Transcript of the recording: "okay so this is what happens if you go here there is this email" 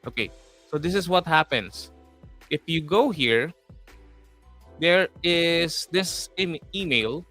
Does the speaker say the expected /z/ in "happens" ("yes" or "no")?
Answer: no